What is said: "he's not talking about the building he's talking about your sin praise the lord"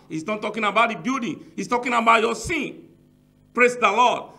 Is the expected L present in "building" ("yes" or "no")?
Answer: no